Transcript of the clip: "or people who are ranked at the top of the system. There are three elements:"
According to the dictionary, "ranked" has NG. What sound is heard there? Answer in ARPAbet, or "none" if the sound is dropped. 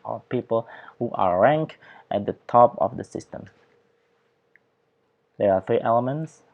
NG